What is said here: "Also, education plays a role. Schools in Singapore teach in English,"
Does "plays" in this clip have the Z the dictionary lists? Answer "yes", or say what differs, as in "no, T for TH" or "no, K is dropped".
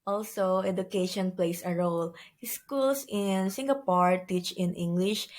no, S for Z